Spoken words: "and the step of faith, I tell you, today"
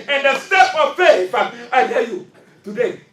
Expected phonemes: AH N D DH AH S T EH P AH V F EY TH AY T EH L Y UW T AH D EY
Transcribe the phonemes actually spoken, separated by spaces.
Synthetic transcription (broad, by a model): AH N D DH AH S T EH P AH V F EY F AY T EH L Y UW T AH D EY